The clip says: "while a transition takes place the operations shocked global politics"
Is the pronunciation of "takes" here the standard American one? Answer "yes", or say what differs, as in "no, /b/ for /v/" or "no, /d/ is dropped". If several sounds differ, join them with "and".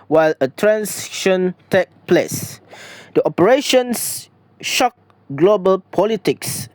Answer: no, /s/ is dropped